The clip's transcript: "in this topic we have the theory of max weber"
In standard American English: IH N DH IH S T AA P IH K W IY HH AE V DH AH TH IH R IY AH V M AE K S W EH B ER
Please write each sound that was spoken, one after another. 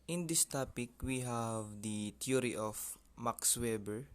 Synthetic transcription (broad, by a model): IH N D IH S T AA P IH K W IY HH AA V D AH T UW R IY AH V M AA K S W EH B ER